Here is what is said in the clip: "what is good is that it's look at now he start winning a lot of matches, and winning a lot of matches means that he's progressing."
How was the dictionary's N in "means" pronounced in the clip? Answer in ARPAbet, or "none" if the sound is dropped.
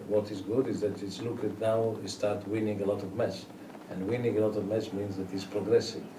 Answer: N